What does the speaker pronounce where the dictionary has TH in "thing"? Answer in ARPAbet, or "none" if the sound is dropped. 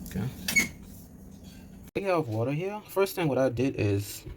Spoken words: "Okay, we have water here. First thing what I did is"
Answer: TH